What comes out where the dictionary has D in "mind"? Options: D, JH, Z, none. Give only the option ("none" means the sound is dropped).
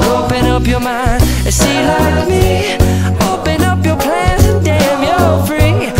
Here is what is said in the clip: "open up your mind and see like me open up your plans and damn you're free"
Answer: none